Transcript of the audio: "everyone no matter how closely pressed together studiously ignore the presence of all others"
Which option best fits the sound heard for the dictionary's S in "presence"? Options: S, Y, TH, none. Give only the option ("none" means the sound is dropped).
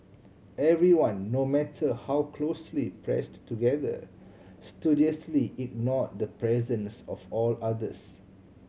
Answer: S